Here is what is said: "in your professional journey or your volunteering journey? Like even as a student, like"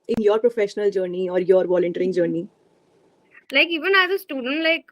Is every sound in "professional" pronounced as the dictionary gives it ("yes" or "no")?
yes